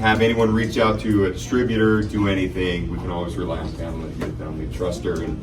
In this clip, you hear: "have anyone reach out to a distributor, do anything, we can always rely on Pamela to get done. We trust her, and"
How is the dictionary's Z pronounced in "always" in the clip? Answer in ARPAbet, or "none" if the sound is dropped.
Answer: Z